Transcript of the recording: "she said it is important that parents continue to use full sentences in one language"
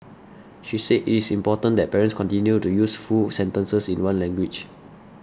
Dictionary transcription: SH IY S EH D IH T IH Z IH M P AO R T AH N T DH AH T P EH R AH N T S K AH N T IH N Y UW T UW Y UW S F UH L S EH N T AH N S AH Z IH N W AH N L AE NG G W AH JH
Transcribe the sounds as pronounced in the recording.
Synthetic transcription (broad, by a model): SH IY S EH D IH T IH S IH M P AO T AH N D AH T P EH R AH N S K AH N T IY N Y UW T UW Y UW S F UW S EH N T AH N S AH S IH N W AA N L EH NG G W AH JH